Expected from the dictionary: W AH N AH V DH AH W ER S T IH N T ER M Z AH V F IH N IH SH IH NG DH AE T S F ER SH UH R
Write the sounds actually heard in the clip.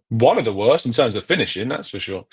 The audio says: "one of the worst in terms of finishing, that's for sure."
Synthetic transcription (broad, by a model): W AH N AH V DH AH W ER S T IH N T ER M Z AH V F IH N IH SH IH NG DH AE T S F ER SH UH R